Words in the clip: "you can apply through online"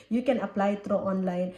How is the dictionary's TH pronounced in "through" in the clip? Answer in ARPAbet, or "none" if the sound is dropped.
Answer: T